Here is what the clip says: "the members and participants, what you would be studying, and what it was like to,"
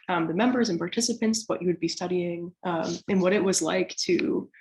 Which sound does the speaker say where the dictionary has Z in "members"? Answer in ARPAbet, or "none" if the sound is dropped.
Z